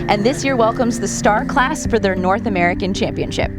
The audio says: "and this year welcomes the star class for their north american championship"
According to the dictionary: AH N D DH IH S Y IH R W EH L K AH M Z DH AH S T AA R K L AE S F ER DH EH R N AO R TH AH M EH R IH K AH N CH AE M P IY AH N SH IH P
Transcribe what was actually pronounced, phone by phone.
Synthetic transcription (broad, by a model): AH N DH IH S Y IH R W EH L K AH M Z DH AH S T AA R K L AE S F ER DH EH R N AO R TH AH M EH R IH K AH N CH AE M P IY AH N SH IH P